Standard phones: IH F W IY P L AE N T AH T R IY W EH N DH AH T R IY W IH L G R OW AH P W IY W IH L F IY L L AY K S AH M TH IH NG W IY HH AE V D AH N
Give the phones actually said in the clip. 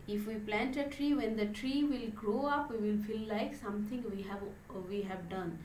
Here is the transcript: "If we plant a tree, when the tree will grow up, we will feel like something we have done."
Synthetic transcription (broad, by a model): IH F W IY P L AE N T AH T R IY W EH N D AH T R IY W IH L G R OW AH P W IY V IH L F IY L L AY K S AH M T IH NG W IY HH AE V D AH N